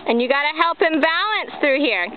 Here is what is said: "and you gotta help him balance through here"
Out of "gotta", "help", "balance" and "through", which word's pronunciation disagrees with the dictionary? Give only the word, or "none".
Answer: none